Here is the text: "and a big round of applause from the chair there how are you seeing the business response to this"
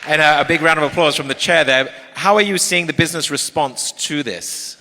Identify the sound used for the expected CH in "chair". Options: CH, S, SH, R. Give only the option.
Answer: CH